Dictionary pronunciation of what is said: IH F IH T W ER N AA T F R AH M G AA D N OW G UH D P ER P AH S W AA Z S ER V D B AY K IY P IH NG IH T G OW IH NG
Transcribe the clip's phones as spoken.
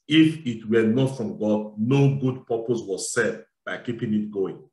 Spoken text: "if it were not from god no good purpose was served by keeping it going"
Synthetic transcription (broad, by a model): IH F IH T W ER N AA T F R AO M G AA D N OW G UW D P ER P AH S W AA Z S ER D B AY K IY P IH NG IH T G OW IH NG